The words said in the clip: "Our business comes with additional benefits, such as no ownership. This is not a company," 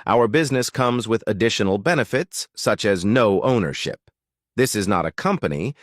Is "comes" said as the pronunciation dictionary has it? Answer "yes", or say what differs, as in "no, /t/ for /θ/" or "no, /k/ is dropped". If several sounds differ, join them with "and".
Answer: yes